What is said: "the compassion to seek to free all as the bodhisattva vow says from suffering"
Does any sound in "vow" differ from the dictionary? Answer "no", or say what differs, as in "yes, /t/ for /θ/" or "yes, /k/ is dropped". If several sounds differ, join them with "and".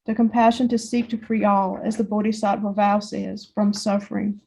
no